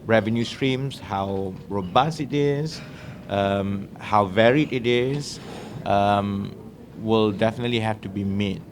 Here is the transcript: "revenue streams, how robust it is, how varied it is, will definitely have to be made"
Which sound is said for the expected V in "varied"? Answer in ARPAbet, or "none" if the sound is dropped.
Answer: V